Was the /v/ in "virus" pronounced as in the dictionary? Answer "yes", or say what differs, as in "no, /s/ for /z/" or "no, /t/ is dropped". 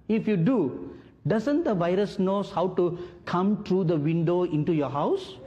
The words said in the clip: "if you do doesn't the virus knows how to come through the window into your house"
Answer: yes